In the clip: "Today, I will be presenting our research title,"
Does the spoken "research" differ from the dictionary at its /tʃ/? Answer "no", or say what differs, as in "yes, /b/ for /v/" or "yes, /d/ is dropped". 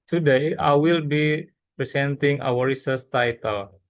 yes, /s/ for /tʃ/